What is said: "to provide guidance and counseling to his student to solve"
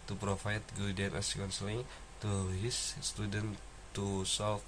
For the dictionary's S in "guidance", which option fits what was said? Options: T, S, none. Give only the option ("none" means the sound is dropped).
none